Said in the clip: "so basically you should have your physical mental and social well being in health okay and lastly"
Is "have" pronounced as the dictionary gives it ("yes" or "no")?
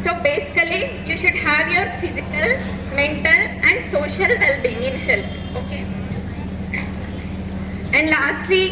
yes